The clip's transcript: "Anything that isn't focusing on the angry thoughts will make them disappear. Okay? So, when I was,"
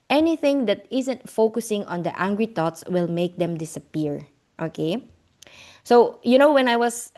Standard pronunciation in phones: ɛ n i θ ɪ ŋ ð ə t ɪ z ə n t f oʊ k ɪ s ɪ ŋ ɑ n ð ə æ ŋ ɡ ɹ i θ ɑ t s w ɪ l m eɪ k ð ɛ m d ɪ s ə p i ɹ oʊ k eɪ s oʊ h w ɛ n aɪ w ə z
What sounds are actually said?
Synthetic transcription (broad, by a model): ɛ n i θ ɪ ŋ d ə t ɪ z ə n t f oʊ k ɪ s ɪ ŋ ɑ n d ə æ ŋ ɡ ɹ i t ɑ t s w ɪ l m eɪ k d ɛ m d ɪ s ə p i ɹ oʊ k eɪ s oʊ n w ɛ n aɪ w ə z